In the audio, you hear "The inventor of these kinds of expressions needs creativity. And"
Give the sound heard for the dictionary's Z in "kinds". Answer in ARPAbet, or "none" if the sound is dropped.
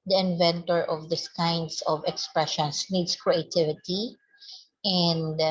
S